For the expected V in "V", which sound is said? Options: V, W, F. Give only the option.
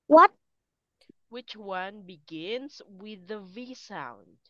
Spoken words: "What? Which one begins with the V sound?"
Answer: V